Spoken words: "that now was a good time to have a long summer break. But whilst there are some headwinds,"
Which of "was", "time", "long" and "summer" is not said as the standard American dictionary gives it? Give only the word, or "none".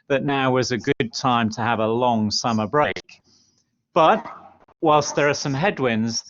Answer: none